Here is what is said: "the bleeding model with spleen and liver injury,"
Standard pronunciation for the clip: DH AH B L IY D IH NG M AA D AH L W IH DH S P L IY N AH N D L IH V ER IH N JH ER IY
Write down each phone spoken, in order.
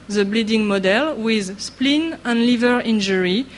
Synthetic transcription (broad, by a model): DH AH B L IY D IH NG M AA D AH L W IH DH S P L IY N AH N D L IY V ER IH N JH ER IY